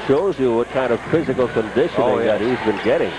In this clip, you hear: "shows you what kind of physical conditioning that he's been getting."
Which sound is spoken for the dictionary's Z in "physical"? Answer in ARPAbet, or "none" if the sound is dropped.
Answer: Z